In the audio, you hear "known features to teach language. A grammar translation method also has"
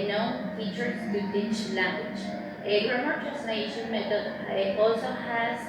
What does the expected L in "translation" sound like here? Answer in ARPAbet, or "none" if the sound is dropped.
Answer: N